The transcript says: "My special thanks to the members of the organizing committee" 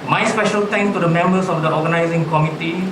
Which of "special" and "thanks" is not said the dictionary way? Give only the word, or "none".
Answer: thanks